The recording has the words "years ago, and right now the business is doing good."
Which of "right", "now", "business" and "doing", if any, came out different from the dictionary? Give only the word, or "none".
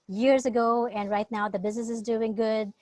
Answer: none